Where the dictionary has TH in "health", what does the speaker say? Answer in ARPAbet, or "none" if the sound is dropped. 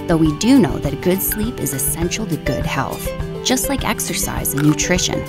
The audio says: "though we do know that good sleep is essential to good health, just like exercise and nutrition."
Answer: TH